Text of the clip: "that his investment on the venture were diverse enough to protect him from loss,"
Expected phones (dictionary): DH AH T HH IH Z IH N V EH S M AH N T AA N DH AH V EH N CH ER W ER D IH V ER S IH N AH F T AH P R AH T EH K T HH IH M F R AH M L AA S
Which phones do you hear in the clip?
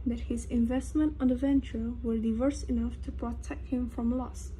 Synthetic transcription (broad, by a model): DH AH T HH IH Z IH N V EH S M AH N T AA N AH V EH N CH ER W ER D IH V ER S IH N AH F T AH P R AH T EH K T HH IH M F R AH M L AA S